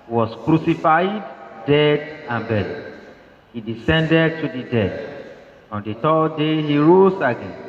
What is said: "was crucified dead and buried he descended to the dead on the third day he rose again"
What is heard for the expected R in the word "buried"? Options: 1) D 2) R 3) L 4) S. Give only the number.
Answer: 3